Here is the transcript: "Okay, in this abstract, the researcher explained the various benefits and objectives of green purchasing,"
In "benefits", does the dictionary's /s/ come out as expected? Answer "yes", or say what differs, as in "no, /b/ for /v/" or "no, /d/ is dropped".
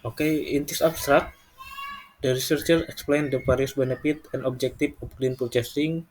no, /s/ is dropped